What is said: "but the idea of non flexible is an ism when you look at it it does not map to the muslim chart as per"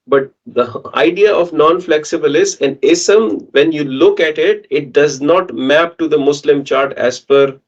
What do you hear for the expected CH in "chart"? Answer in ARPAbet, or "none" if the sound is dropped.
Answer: CH